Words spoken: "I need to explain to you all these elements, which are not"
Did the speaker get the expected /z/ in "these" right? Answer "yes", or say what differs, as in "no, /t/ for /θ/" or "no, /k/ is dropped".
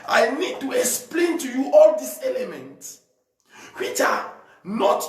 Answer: no, /s/ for /z/